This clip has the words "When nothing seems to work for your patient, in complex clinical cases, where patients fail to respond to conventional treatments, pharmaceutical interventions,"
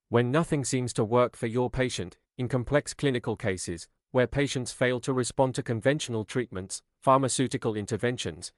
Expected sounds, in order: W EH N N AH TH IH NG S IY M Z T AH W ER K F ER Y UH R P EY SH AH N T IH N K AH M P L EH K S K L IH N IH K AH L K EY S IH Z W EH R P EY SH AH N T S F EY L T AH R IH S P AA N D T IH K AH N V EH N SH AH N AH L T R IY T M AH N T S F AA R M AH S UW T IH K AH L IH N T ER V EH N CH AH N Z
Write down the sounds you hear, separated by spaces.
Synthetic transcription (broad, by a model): W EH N N AH TH IH NG S IY M Z T AH W ER K F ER Y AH R P EY SH AH N T IH N K AH M P L EH K S K L IH N IH K AH L K EY S IH Z W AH R P EY SH AH N T S F EY L T AH R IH S P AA N T IH K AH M V EH N SH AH N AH L T R IY T M AH N T S F AA R M AH S UW T IH K AH L IH N T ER V EH N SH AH N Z